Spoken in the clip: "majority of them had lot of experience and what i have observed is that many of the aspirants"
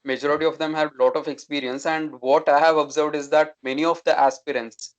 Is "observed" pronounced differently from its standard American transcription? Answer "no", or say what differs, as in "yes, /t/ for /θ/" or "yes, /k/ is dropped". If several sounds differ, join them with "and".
no